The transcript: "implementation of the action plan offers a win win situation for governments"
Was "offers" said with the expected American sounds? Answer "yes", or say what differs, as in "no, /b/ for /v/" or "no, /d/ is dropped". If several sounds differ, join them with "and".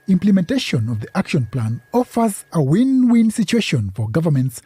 yes